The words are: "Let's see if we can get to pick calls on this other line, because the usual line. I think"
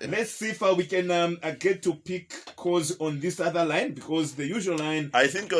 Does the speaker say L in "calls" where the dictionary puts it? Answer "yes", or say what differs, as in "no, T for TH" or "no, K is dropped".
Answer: no, L is dropped